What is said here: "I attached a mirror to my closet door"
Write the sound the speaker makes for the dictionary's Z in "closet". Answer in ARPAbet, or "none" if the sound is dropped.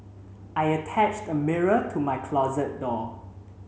Z